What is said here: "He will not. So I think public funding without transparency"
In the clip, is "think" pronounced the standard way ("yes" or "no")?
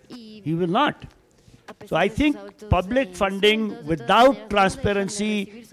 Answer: no